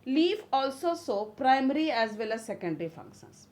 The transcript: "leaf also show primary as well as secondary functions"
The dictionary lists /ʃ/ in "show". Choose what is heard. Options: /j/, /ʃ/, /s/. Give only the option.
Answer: /s/